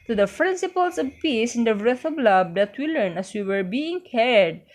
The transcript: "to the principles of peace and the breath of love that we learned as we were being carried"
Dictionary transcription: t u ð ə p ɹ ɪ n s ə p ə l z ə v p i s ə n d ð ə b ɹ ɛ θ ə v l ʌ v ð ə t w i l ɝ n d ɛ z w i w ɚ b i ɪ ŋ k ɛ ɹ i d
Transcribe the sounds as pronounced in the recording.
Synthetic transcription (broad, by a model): t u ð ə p ɹ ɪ n s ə p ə l s ə v p i s ə n d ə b ɹ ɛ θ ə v l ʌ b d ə t w i l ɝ n ɛ s w i w ɚ b i ɪ ŋ k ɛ ɹ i d